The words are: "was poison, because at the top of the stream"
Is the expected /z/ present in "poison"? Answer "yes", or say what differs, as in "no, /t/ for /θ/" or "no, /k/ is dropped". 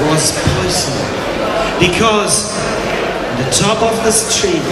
no, /s/ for /z/